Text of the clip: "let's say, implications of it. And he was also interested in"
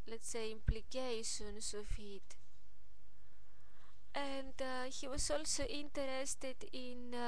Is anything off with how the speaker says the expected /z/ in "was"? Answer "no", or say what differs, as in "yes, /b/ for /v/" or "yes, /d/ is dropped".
yes, /s/ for /z/